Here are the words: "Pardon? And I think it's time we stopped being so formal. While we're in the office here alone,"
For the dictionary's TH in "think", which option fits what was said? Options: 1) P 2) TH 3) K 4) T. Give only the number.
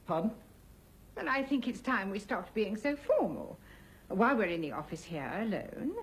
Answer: 2